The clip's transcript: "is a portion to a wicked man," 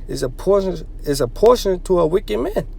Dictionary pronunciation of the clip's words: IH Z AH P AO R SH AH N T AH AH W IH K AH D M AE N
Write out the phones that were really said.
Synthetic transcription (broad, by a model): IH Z AH P AO R SH AH N T AH AH W IH K AH D M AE N